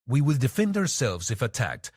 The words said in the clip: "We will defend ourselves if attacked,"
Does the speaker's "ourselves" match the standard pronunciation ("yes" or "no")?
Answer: yes